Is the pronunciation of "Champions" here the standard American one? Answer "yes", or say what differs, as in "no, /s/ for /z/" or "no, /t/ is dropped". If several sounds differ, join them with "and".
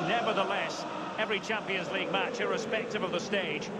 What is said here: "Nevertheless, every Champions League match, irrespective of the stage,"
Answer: yes